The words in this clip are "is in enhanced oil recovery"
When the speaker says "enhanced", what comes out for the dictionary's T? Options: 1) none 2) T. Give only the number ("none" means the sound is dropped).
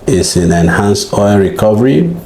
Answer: 1